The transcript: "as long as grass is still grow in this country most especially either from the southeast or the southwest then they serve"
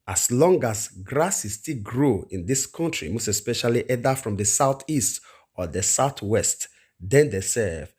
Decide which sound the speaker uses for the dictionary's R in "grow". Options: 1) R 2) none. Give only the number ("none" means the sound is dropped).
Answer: 1